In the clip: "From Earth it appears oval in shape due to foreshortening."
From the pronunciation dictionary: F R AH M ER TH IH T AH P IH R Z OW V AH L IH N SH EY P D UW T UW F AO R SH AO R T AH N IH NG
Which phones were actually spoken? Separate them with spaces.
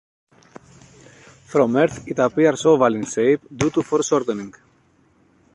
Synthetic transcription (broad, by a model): F R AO M ER TH IH T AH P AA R S OW V AH L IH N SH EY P D UW T UW F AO R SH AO R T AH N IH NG